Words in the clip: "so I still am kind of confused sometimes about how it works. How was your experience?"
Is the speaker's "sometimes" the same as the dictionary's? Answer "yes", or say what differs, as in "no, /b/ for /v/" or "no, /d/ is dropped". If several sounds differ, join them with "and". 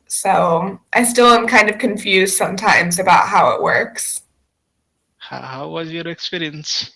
yes